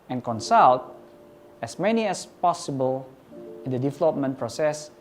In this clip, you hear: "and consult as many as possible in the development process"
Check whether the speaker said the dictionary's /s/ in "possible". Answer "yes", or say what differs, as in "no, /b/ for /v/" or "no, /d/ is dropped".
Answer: yes